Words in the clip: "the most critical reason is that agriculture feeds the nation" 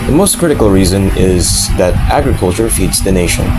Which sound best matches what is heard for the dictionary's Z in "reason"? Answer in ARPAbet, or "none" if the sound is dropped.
Z